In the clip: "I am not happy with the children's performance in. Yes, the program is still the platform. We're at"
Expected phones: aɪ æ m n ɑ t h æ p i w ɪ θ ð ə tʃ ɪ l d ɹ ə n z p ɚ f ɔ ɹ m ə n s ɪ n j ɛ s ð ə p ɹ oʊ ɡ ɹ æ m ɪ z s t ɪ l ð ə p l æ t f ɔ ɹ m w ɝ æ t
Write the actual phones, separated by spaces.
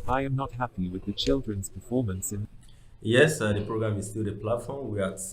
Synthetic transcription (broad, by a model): aɪ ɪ m n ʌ t h æ p i w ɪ ð ə tʃ ɪ l d ɹ ə n z p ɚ f ɔ ɹ m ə n s ɪ n j ɛ s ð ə p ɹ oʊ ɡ ɹ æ m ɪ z s t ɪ l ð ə p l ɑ t f ɔ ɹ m w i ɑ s